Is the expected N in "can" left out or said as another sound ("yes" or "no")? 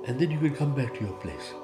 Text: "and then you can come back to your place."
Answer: yes